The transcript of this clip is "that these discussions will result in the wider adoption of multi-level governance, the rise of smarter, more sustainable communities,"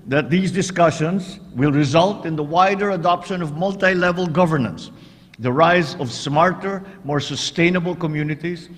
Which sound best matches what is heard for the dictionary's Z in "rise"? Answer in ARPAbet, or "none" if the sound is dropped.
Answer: Z